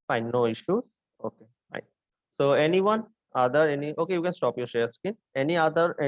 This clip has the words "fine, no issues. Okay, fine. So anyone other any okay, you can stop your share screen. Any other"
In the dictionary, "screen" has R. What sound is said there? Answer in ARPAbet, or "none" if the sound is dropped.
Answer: none